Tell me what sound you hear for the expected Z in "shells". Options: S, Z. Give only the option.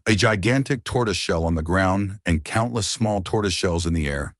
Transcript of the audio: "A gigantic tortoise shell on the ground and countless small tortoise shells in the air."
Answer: Z